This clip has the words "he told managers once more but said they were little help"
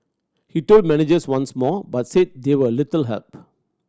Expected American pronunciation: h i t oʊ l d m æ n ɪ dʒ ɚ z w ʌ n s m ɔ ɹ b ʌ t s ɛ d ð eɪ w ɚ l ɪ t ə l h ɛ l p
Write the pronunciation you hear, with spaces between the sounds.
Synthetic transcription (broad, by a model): h i t oʊ l d m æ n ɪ dʒ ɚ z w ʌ n s m ɔ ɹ b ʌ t s ɛ d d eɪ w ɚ l ɪ t ə l h ɛ l p